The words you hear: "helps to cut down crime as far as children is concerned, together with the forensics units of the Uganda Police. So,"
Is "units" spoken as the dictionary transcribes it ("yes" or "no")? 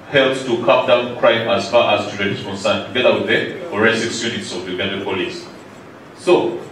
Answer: yes